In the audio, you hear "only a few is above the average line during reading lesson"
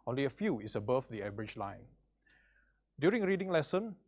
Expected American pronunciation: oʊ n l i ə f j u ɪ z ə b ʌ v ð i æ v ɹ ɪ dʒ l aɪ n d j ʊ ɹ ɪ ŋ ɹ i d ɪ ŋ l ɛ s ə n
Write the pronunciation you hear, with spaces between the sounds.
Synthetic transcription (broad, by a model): oʊ n l i ə f j u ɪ s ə b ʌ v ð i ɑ b ɹ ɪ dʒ l aɪ n d j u ɹ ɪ ŋ ɹ i d ɪ ŋ l ɛ s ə n